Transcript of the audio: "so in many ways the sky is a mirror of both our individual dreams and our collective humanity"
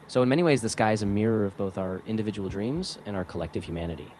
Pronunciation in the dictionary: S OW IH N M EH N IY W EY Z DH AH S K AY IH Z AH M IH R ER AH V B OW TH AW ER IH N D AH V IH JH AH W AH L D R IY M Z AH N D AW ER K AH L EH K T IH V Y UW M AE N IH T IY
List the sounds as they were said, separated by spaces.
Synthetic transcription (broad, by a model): S OW IH N M EH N IY W EY Z DH AH S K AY IH Z AH M IH R ER AH V B OW TH AW ER IH N D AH V IH JH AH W L D R IY M Z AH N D AW ER K AH L EH K T IH V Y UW M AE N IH T IY